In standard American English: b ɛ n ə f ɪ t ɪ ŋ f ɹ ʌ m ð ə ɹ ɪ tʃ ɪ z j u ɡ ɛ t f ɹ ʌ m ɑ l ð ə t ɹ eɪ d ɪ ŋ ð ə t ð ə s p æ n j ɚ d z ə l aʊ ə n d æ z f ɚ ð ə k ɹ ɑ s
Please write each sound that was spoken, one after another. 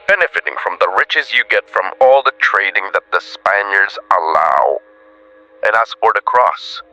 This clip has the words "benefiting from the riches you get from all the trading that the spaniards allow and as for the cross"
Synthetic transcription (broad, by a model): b ɛ n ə f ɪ t ɪ ŋ f ɹ ʌ m ð ə ɹ ɪ tʃ ɪ z j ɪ ɡ ɛ t f ɹ ʌ m ɑ l ð ə t ɹ eɪ d ɪ ŋ ð ə t ð ə s p æ n j ɚ d z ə l aʊ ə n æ s f ɚ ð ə k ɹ ɑ s